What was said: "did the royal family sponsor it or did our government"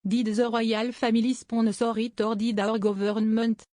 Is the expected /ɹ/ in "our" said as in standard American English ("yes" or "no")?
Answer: yes